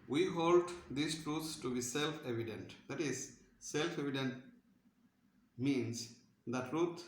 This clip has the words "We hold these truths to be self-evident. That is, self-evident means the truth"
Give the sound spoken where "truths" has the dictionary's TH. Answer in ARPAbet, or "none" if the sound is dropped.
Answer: T